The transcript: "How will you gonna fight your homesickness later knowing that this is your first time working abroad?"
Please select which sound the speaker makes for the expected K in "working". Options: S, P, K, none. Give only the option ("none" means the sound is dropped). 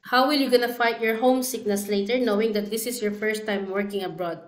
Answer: K